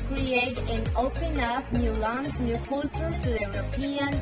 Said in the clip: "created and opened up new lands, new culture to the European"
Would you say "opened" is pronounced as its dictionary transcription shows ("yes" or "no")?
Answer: no